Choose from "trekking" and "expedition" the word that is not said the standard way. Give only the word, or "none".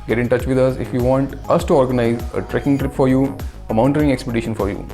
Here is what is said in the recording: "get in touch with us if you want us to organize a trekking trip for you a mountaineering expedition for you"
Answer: none